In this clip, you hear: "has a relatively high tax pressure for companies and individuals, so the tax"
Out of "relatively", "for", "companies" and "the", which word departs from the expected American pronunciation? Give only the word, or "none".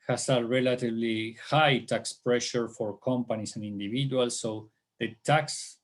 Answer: companies